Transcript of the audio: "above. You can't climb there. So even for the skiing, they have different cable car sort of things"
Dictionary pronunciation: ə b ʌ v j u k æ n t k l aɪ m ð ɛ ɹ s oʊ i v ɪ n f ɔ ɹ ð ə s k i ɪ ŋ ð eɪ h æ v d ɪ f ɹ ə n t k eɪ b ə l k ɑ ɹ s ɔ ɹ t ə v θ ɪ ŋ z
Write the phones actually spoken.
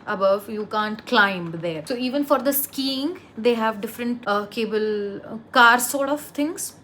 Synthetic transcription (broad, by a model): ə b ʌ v j u k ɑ n t k l aɪ m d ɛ ɹ s oʊ i v ɪ n f ɔ ɹ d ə s k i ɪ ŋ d eɪ h æ v d ɪ f ɹ ə n t k eɪ b ə l k ɑ ɹ s ɔ ɹ t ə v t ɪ ŋ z